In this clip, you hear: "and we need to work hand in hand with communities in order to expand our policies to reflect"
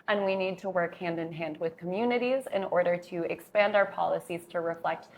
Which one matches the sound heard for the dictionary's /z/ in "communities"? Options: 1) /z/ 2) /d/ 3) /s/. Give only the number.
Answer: 1